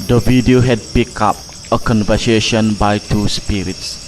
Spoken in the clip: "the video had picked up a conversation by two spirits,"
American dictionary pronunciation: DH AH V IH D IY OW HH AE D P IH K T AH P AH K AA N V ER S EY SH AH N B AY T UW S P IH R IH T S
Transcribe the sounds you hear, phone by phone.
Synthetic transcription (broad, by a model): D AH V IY D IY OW HH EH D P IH K AA P AH K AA N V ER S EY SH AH N B AY T UW S P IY R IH T S